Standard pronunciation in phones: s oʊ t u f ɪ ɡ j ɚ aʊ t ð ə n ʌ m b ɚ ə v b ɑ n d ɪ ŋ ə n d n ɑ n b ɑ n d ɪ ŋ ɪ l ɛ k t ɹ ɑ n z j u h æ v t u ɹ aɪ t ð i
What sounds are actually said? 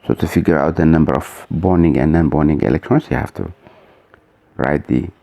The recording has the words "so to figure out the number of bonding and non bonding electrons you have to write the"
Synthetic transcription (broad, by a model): s oʊ t u f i ɡ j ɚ aʊ t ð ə n ʌ m b ɚ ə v b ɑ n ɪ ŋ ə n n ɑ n b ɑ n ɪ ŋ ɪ l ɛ k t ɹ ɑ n s j u h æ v t u ɹ aɪ t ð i